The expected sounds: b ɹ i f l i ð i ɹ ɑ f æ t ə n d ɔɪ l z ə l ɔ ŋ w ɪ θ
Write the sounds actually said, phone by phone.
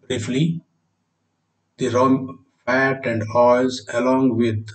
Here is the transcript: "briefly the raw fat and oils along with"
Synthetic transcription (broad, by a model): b ɹ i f l i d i ɹ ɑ f æ t ə n d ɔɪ z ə l ɔ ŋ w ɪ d